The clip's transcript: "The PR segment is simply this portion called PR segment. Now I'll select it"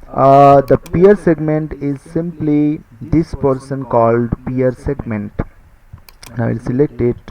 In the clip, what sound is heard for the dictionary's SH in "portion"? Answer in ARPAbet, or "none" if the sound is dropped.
S